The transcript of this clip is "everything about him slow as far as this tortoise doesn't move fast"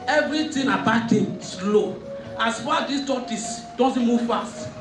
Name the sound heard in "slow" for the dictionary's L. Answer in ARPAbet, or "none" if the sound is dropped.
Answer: L